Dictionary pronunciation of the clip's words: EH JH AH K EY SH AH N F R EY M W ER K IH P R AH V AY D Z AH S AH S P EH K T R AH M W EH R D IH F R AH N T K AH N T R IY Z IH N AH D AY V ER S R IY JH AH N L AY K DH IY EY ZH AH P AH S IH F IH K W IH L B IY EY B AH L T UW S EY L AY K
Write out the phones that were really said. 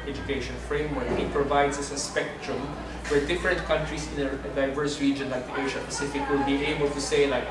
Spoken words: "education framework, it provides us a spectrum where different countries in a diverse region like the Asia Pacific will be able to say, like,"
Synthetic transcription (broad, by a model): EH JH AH K EY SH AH N F R EY M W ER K IH P R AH V AY D S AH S AH S P EH K T R AH M W EH R D IH F R AH N T K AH N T R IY S IH N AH D AY V ER S R IY JH AH N L AY K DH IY EY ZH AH P AH S IH F IH K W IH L B IY EY B AH L T UW S EY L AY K